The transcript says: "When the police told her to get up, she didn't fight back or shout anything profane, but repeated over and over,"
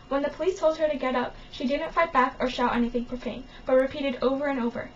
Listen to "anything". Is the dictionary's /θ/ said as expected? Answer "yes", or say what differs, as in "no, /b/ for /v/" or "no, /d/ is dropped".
yes